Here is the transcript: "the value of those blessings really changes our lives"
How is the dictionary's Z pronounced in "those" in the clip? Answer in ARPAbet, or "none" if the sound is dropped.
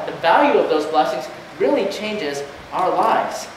Z